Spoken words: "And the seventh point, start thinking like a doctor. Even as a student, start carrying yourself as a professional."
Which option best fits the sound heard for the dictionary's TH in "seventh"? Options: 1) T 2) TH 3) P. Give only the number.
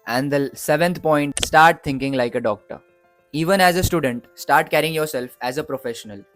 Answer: 1